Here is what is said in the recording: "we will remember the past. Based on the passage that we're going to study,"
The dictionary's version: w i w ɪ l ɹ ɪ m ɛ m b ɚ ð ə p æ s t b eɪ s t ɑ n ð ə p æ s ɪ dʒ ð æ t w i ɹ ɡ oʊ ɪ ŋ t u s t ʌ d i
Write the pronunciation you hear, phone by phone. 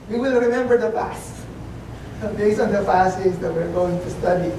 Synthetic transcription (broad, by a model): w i w ɪ l ɹ ɪ m ɛ m b ɚ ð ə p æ s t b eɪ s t ɑ n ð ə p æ s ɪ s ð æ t w i ɹ ɡ oʊ ɪ ŋ t u s t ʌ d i